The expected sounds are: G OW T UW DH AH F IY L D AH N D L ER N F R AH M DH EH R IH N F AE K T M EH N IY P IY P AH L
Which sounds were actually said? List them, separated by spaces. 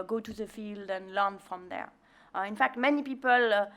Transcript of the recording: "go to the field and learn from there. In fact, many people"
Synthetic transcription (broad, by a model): G OW T UW DH AH F IY L D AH N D L ER N F R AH M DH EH R IH N F AE K T M EH N IY P IY P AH L